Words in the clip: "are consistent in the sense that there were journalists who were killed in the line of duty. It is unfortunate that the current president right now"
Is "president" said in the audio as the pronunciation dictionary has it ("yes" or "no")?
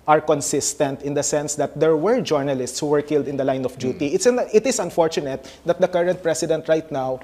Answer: no